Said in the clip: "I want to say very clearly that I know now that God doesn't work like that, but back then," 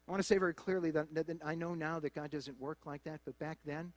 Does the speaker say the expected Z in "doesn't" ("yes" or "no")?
yes